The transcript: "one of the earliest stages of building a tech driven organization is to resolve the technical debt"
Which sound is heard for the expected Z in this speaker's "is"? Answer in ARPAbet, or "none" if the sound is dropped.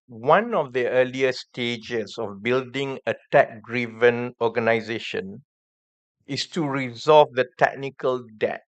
S